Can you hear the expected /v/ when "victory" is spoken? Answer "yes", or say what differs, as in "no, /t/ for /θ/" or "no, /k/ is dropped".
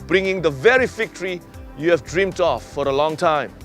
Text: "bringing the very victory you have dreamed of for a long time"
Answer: no, /f/ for /v/